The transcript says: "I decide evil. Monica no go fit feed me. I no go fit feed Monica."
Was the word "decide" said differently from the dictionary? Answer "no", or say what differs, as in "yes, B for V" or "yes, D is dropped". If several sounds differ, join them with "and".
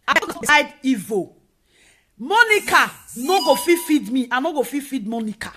yes, S is dropped